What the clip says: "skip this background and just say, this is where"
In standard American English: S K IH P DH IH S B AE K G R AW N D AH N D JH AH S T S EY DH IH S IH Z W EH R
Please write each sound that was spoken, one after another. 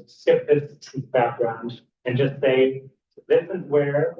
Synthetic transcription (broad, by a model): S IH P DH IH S B AE K G R AW N D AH N JH AH S T S EY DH IH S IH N W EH R